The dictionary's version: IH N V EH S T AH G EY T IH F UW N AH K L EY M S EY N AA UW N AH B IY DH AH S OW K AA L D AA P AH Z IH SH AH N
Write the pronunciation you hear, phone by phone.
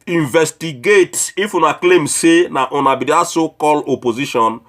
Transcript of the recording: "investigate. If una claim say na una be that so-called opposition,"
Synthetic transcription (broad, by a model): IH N V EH S T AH G EY T IH F UW N AH K L EY M S EY N AA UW N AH B IY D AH S OW K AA L AA P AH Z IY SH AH N